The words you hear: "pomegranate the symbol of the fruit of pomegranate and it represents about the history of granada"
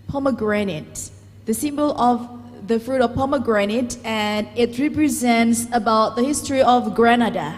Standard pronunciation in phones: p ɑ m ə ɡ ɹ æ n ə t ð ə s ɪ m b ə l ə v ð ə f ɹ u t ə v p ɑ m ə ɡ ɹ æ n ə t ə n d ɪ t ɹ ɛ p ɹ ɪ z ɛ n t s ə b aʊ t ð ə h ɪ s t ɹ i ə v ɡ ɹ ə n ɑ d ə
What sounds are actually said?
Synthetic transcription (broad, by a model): p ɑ m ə ɡ ɹ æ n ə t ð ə s ɪ m b ə l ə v ð ə f ɹ u t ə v p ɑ m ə ɡ ɹ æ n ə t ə n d ɪ t ɹ ɛ p ɹ ɪ z ɛ n t s ə b aʊ t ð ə h ɪ s t ɹ i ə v ɡ ɹ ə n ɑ d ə